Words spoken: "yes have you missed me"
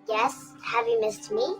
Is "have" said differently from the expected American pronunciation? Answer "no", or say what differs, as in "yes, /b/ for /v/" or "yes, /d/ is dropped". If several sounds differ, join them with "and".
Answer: no